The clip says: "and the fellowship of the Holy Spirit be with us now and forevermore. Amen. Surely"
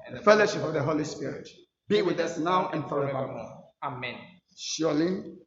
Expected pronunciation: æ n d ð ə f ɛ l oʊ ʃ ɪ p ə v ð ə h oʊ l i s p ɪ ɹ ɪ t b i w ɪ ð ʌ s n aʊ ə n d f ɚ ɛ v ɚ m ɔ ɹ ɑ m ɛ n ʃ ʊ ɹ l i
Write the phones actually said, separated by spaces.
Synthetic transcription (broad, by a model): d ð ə f ɛ l oʊ ʃ ɪ p ə v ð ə h oʊ l i s p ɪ ɹ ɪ t b i w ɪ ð ʌ s n aʊ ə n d f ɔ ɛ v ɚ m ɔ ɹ ɑ m ɛ n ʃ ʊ l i